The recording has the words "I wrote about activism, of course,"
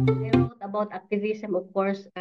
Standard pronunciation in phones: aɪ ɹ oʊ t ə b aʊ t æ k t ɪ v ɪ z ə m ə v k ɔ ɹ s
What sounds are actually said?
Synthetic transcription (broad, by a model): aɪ ɹ oʊ t ə b aʊ t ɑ k t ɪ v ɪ s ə m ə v k ɔ ɹ s